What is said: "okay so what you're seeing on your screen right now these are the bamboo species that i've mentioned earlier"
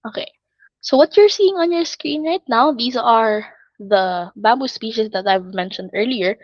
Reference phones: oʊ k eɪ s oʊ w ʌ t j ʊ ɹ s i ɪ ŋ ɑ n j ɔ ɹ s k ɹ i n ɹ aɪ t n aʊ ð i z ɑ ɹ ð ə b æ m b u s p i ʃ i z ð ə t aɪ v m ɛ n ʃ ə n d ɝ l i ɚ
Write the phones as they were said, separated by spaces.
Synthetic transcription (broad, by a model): oʊ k eɪ s oʊ w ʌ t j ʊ ɹ s i ɪ ŋ ɑ n j ɔ ɹ s k ɹ i n ɹ aɪ t n aʊ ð i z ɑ ɹ ð ə b æ m b u s p i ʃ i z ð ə t aɪ v m ɛ n ʃ ə n d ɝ l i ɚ